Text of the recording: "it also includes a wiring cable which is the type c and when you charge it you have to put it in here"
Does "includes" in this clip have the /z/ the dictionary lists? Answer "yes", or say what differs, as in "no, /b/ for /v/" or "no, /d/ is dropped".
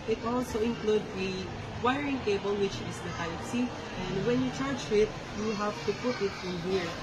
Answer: no, /z/ is dropped